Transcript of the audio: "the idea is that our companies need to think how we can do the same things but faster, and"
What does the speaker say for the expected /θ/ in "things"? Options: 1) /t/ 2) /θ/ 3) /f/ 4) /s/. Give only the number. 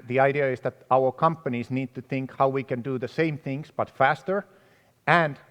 2